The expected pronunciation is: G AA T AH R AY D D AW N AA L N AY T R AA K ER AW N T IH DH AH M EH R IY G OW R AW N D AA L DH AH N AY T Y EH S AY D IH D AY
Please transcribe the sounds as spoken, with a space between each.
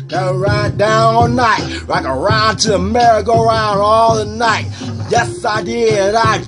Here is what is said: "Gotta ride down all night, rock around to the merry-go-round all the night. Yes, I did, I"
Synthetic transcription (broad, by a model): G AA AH R AY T D AW N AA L N AY T L AA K ER AW N T IH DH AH M EH R IY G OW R AW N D AA L DH AH N AY T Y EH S AY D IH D AY